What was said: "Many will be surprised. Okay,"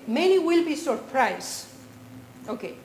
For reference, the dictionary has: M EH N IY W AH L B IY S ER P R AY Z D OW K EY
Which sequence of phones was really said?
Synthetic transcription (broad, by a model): M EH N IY W AH L B IY S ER P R AY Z OW K EY